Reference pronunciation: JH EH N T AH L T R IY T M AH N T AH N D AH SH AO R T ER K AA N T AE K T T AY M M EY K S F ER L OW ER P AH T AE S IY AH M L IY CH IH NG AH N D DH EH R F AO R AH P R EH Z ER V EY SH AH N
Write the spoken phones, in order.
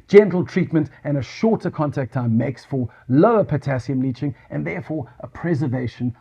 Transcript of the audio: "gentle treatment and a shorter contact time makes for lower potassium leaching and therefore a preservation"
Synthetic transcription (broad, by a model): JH EH N T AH L T R IY T M AH N T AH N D AH SH AO R T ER K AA N T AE K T T AY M M EY K S F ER L OW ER P AH T AE S IY AH M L IY CH IH NG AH N DH EH R F AO R AH P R EH Z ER V EY SH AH N